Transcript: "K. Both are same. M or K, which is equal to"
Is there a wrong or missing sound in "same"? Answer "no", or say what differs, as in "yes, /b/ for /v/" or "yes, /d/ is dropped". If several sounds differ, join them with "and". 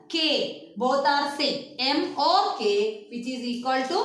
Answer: yes, /m/ is dropped